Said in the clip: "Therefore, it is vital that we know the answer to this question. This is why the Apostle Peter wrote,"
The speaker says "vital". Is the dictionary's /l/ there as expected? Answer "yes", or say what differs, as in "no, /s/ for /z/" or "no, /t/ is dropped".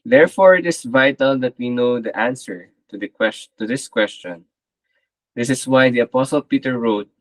yes